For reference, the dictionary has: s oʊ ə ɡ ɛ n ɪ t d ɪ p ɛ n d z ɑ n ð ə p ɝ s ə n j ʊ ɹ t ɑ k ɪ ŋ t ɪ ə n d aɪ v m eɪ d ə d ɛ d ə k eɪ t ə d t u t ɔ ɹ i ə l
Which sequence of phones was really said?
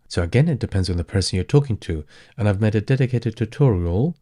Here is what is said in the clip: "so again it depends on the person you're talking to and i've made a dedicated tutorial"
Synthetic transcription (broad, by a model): s oʊ ə ɡ ɛ n ɪ t d ɪ p ɛ n d z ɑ n ð ə p ɝ s ə n j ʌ ɹ t ɑ k ɪ ŋ t ɪ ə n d aɪ v m eɪ d ə d ɛ d ə k eɪ t ə d t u t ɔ ɹ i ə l